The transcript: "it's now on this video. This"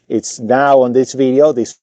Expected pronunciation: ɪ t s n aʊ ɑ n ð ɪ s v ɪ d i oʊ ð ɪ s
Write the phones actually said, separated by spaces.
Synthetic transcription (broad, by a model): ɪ t s n aʊ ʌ n ð ɪ s v ɪ d i oʊ ð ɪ s